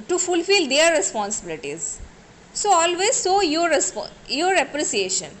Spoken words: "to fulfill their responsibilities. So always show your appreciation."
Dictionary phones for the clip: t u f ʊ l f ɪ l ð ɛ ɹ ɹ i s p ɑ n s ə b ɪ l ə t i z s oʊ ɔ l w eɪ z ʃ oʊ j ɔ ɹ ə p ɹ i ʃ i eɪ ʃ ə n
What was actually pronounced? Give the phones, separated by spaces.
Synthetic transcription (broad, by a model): t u f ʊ l f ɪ l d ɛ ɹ ɹ i s p ɑ n s ə b ɪ l ə t i z s oʊ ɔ l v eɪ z s oʊ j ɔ ɹ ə p ɹ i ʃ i eɪ ʃ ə n